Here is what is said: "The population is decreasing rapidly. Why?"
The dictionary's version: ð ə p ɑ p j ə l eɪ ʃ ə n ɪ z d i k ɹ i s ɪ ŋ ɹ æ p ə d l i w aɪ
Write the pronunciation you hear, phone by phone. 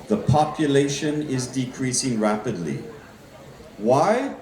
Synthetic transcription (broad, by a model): ð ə p ɑ p j ə l eɪ ʃ ə n ɪ z d i k ɹ i s ɪ ŋ ɹ æ p ə d l i w aɪ